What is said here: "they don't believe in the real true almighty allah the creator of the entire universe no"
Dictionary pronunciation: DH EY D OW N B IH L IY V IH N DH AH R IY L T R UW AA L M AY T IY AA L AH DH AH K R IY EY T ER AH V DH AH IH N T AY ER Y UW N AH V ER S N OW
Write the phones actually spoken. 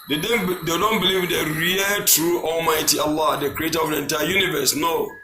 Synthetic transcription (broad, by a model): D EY D OW N B IH L IY V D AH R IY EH T R UW AA L M AY T IY AA L AH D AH K R IY EY T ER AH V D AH N T AY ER Y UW N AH V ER S N OW